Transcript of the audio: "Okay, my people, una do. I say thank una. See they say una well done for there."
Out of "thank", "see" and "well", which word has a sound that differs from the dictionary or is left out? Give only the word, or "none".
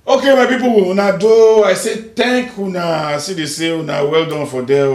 thank